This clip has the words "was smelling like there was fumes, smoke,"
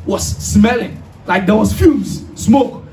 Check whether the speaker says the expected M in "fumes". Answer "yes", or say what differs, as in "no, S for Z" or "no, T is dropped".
no, M is dropped